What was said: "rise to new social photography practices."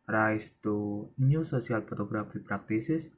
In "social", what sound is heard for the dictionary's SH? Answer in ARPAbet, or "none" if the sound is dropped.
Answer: S